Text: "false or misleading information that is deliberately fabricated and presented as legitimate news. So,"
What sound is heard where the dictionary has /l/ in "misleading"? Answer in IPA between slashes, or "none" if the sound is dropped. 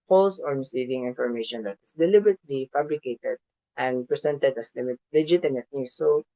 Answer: none